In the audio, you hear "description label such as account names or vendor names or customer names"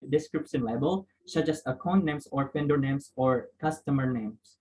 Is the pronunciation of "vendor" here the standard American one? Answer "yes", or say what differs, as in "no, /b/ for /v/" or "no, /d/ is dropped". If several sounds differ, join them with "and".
no, /p/ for /v/